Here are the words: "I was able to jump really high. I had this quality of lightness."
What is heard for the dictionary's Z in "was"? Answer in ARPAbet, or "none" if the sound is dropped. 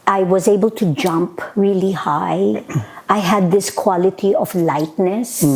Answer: Z